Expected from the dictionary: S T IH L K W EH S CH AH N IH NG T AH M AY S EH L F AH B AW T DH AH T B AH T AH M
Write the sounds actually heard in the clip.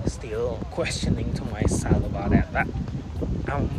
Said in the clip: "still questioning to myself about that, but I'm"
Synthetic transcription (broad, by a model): S T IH L K W EH S CH AH N IH NG T AH M AY S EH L AH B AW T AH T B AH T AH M